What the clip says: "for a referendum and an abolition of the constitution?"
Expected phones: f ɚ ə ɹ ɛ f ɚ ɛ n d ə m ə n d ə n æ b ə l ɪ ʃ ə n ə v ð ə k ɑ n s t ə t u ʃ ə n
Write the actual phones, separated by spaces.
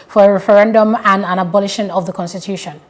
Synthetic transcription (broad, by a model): f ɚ ə ɹ ɛ f ɚ ɛ n d ə m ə n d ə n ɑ b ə l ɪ ʃ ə n ə v ð ə k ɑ n s t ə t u ʃ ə n